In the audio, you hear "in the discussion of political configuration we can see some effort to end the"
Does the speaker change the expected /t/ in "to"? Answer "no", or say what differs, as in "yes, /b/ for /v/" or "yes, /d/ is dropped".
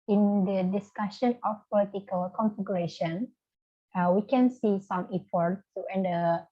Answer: yes, /s/ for /t/